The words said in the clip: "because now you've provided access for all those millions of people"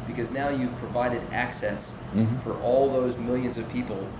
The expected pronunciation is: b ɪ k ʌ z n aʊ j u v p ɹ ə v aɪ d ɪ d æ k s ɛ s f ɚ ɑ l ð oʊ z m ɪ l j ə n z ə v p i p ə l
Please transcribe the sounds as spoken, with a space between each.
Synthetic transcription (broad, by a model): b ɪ k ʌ z n aʊ j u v p ɹ ə v aɪ d ɪ d æ k s ɛ s f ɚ ɑ l ð oʊ z m ɪ l j ə n z ə v p i p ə l